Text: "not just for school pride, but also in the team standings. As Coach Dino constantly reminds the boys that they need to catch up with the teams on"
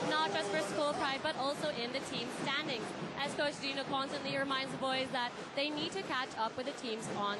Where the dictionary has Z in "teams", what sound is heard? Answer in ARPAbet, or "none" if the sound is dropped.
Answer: Z